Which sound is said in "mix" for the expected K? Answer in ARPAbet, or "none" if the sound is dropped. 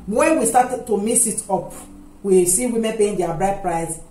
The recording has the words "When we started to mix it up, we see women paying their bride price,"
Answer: none